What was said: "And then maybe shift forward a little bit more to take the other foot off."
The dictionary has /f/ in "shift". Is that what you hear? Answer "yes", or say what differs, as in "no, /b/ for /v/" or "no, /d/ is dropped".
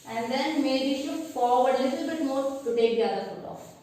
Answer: no, /f/ is dropped